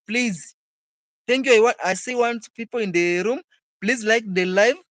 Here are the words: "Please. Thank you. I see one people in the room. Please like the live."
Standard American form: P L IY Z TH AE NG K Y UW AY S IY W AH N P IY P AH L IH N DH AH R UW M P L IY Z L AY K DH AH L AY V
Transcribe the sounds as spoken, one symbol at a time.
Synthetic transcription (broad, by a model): P L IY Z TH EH NG K Y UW AY S IY W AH N P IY P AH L IH N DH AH R UW M P L IY Z L AY K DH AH L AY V